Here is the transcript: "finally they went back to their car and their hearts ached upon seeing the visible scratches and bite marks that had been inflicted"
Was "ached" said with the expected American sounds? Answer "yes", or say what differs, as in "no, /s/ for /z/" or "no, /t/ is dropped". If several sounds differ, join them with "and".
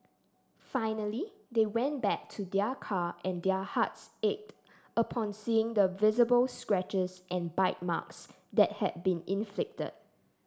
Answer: yes